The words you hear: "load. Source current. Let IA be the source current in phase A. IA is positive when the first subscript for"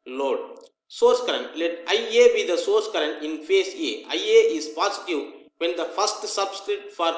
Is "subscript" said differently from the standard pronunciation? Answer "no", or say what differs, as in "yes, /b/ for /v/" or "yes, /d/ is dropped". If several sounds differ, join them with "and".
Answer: yes, /p/ is dropped